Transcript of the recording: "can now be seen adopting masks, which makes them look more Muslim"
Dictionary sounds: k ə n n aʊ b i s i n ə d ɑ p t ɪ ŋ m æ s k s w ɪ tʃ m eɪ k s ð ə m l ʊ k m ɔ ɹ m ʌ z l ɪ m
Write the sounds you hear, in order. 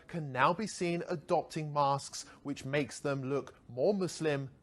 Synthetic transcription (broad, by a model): k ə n n aʊ b i s i n ə d ɑ p t ɪ ŋ m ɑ s k s w ɪ tʃ m eɪ k s ð ə m l ʊ k m ɔ ɹ m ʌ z l ɪ m